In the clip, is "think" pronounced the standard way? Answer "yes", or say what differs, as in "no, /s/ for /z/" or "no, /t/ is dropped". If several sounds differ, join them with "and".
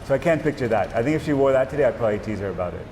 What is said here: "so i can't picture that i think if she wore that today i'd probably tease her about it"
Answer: yes